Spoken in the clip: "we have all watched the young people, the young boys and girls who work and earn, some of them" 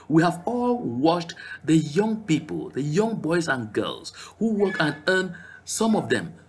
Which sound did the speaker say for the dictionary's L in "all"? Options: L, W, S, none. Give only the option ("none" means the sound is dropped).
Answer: L